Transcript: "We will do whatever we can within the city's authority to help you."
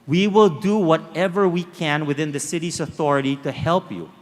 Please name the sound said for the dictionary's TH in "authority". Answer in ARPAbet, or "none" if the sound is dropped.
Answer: TH